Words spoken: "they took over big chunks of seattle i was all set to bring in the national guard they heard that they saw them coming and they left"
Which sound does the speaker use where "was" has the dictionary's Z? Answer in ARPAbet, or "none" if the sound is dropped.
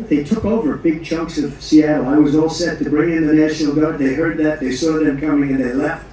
Z